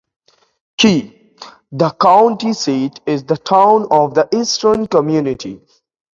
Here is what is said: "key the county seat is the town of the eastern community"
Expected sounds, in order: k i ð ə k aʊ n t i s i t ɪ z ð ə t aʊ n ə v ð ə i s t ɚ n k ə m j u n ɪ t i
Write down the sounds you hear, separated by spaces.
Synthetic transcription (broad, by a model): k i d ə k aʊ n t i s i t ɪ z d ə t aʊ n ə v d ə i s t ɚ n k ə m j u n ɪ t i